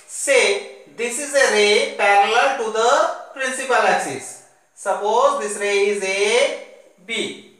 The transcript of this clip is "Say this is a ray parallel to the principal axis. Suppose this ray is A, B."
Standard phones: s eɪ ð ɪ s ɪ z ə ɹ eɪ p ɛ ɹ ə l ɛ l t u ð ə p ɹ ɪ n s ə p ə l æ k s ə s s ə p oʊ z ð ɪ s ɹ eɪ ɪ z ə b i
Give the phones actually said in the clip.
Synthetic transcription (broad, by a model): s eɪ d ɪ s ɪ z ə ɹ eɪ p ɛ ɹ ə l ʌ l t u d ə p ɹ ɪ n s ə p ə l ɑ s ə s s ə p oʊ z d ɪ s ɹ eɪ ɪ z ə b i